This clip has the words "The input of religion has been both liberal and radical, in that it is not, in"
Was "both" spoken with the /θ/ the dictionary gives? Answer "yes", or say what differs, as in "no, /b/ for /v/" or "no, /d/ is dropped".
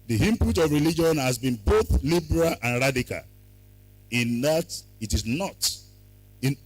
yes